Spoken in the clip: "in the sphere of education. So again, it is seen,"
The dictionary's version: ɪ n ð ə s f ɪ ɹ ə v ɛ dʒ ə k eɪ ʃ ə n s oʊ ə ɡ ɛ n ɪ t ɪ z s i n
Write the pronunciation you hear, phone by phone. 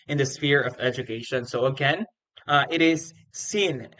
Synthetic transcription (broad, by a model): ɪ n ð ə s f ɪ ɹ ə v ɛ dʒ ə k eɪ ʃ ə n s oʊ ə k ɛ n ɪ t ɪ z s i n